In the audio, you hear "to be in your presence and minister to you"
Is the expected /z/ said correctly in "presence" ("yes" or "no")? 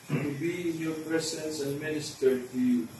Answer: no